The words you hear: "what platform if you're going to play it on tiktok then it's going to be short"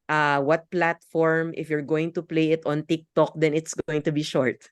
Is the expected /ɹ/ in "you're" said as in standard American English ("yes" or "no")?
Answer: yes